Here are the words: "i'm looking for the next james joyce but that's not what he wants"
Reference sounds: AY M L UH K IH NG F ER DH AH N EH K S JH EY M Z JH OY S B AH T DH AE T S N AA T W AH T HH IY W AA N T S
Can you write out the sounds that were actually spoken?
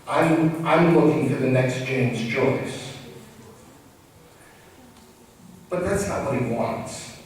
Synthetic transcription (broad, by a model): AY M L UH K IH NG F ER DH AH N EH K S JH EY M Z JH OY S B AH T DH AE T S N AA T W AH T HH IY W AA N T S